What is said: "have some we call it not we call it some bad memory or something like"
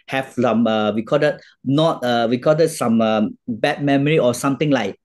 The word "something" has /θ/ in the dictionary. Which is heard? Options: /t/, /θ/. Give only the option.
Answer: /t/